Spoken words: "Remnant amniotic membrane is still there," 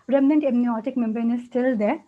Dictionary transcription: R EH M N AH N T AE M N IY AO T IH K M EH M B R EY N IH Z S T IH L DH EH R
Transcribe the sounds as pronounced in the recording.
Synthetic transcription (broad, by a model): R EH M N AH N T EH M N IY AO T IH K M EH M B EY N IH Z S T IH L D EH R